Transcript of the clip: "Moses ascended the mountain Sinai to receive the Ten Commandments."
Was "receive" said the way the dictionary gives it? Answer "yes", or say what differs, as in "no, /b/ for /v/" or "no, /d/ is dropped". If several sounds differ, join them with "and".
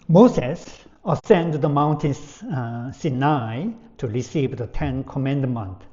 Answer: yes